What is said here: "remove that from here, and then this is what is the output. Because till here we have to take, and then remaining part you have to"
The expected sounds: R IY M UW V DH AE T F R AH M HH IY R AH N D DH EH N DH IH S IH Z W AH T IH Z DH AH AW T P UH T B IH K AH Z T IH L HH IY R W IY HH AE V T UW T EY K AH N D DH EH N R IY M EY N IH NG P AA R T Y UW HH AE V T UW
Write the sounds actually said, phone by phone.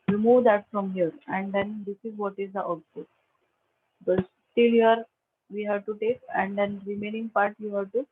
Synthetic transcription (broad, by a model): R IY M UW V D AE T F R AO M HH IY R AH N D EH N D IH S IH Z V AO T IH Z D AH T AO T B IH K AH S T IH L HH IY R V IY HH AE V T UW T EY K AH N D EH N R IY M EY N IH NG P AA R T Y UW HH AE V T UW